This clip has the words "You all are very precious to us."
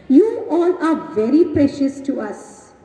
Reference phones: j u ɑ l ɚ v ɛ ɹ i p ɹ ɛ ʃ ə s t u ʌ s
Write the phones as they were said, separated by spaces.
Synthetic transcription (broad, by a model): j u ɑ l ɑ v ɛ ɹ i p ɹ ɛ ʃ ə s t u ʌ s